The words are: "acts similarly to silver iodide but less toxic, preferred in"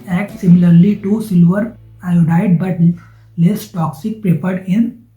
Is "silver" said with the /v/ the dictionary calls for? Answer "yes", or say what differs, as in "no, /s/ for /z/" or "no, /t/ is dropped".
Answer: yes